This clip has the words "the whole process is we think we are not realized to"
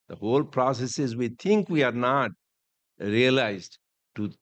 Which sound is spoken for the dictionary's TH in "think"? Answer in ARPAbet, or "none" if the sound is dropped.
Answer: T